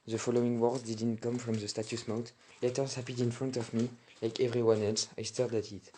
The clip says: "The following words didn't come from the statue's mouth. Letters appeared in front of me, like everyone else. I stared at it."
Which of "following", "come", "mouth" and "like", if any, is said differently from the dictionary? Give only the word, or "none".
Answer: mouth